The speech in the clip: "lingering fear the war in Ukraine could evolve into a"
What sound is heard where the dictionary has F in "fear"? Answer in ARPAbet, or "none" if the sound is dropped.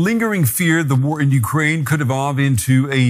F